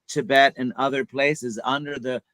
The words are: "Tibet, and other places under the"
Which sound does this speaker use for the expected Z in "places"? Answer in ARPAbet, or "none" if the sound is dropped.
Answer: Z